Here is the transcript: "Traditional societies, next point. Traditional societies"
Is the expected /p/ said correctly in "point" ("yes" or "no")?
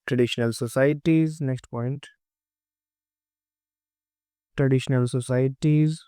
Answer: yes